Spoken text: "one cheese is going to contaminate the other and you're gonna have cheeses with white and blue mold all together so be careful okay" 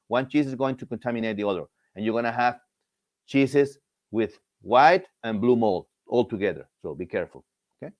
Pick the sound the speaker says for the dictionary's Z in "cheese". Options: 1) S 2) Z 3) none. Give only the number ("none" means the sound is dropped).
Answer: 1